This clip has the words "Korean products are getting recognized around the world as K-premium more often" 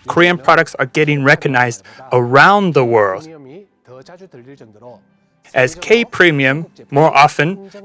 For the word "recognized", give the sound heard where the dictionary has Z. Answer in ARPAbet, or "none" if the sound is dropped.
Z